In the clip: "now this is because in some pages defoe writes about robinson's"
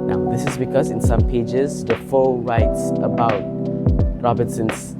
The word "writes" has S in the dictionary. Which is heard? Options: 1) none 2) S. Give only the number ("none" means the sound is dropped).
2